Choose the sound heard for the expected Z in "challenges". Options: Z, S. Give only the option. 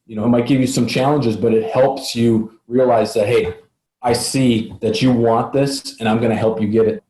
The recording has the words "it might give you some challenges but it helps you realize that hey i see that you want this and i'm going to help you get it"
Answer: Z